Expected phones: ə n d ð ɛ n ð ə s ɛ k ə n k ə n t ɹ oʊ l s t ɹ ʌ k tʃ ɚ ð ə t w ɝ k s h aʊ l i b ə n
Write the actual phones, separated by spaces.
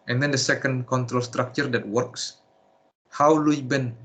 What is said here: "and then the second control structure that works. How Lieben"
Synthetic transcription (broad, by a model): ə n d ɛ n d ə s ɛ k ə n k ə n t ɹ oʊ l s t ɹ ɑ k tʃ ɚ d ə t w ɝ k s h aʊ l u b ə n